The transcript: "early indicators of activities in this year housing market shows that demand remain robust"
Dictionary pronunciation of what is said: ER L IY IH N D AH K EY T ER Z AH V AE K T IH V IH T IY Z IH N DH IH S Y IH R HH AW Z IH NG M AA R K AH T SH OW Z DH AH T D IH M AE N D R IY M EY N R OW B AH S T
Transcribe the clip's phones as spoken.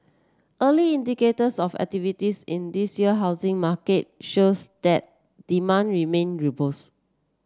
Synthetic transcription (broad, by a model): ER L IY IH N D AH K EY T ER S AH F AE K T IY V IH T IY S IH N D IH S Y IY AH HH AW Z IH NG M AA K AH T SH OW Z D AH T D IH M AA N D R IY M EY N R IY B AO S